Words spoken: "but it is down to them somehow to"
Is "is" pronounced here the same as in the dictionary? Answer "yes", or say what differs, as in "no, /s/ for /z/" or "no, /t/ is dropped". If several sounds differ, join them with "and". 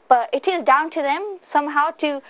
yes